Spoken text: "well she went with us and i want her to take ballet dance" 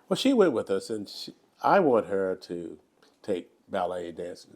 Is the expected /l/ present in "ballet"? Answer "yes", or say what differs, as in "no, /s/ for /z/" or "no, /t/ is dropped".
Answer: yes